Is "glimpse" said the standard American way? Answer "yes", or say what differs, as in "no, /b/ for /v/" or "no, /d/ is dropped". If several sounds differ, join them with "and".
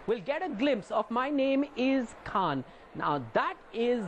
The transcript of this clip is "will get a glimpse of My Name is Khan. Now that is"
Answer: yes